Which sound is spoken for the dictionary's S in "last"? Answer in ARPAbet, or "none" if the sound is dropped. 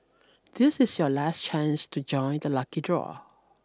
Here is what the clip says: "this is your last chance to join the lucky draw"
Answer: S